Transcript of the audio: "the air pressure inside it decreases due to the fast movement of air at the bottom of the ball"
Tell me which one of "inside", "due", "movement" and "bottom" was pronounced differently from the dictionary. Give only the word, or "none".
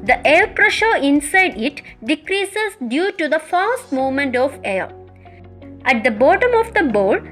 movement